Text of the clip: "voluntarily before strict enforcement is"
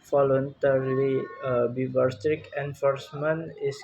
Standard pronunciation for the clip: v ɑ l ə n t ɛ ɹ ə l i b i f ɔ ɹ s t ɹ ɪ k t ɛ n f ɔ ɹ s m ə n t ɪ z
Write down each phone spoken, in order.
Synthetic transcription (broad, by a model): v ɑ l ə n t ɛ ɹ l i b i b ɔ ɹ s t ɹ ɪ k ɛ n f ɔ ɹ s m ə n ɪ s